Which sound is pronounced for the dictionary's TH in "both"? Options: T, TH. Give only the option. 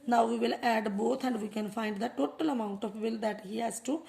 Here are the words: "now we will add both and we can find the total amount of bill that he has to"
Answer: T